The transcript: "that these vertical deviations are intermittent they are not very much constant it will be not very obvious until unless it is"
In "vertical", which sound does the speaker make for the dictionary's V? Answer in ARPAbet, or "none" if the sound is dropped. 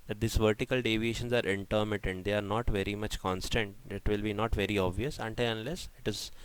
V